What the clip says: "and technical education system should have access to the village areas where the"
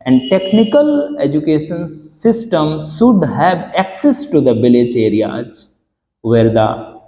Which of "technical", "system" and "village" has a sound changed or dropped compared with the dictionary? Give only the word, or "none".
village